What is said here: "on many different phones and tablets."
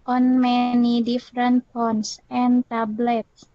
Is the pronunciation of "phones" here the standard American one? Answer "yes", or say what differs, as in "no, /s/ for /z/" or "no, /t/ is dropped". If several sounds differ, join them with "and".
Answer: no, /p/ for /f/ and /s/ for /z/